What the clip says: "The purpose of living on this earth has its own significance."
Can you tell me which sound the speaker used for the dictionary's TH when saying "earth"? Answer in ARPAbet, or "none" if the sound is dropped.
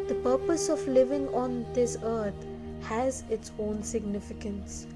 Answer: T